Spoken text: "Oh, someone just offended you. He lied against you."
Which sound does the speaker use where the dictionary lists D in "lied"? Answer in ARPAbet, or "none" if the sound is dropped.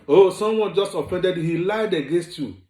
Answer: D